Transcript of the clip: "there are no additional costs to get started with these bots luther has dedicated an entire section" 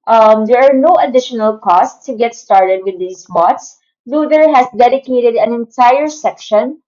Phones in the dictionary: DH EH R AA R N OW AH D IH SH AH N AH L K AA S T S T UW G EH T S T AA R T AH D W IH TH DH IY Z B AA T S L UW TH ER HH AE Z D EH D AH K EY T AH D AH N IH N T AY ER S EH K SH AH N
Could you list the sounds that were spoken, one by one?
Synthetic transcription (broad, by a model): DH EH R AA R N OW AH D IH SH AH N AH L K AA S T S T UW G EH T S T AA R T AH D W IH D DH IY S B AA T S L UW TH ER HH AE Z D EH D AH K EY T AH D AH N IH N T AY ER S EH K SH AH N